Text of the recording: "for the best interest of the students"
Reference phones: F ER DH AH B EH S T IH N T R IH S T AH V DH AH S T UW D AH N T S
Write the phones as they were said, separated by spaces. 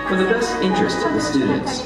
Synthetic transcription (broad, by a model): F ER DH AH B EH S IH N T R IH S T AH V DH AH S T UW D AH N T S